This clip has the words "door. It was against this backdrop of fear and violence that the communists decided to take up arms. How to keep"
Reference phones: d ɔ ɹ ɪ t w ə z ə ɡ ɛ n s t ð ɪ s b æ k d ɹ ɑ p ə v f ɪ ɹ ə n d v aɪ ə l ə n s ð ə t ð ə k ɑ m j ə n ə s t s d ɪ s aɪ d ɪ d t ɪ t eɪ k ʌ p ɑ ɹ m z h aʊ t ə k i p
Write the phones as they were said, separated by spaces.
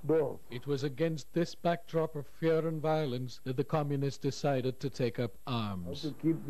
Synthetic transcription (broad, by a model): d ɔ ɪ t w ə z ə ɡ ɛ n s t ð ɪ s b æ k d ɹ ɑ p ə v f ɪ ɹ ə n v aɪ ə l ə n s ð ə t ð ə k ɑ m j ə n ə s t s d ɪ s aɪ d ɪ d t ɪ t eɪ k ʌ p ɑ ɹ m z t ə k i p